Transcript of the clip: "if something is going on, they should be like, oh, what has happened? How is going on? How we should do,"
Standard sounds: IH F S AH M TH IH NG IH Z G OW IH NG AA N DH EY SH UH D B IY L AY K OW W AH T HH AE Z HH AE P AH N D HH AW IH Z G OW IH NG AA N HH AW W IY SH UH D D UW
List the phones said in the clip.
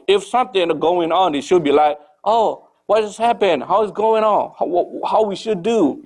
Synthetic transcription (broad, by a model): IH F S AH M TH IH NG G OW IH NG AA N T SH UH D B IY L AY K OW W AH T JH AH S HH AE P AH N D HH AW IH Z G OW IH NG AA N HH AW W IY SH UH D D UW